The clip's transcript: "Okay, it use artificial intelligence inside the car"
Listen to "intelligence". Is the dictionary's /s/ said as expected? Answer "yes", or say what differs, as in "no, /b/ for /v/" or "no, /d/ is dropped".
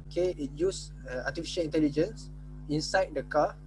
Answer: yes